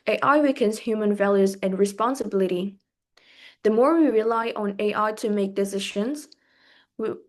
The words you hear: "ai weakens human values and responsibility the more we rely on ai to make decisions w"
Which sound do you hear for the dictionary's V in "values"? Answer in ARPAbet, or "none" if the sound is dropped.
V